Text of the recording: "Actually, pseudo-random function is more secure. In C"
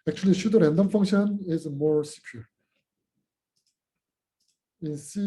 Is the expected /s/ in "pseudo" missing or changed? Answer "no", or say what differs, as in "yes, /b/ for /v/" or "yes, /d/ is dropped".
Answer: yes, /ʃ/ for /s/